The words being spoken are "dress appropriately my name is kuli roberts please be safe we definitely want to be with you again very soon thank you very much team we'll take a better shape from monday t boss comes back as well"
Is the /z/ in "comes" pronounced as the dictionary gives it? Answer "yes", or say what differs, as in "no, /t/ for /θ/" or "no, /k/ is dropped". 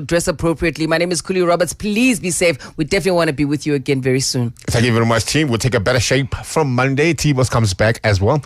yes